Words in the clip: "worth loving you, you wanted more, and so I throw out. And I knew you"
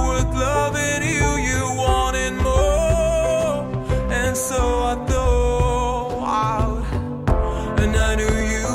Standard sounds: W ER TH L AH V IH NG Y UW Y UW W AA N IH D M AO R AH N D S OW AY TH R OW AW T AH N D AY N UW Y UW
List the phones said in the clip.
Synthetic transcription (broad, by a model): W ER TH L AH V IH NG Y UW Y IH W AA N IH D M AO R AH N S OW AY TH OW AW T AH N AY N UW Y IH